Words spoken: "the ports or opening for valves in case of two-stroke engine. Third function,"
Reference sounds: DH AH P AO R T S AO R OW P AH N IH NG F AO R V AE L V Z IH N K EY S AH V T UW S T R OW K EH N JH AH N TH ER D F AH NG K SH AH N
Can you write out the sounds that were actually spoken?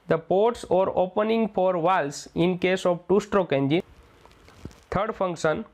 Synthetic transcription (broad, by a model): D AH P AO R T S AO R OW P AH N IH NG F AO R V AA L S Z IH N K EY S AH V T UW S T R OW K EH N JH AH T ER D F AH NG K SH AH N